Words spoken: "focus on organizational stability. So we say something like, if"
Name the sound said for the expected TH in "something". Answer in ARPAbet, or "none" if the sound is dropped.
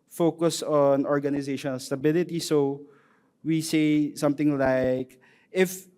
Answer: T